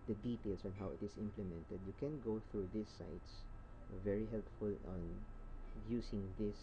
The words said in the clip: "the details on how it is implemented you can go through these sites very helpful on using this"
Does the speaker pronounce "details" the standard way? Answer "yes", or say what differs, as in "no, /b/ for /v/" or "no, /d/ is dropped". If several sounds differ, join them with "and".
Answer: no, /s/ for /z/